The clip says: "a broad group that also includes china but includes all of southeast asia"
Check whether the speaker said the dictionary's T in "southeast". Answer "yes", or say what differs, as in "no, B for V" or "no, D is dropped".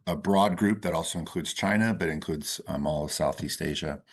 yes